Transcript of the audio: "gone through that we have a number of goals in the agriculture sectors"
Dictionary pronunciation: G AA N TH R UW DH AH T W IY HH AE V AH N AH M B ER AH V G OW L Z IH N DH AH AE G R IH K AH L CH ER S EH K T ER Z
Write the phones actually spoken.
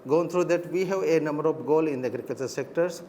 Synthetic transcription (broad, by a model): G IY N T R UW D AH T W IY HH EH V AH N AH M B ER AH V G OW L IH N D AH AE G R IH K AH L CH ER S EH K T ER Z